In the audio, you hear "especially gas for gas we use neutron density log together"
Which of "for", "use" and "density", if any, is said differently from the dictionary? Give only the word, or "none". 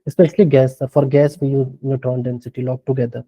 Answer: use